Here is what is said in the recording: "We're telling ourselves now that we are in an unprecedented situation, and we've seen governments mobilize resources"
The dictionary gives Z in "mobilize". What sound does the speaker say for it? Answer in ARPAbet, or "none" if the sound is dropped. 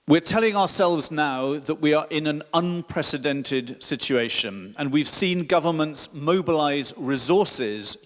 Z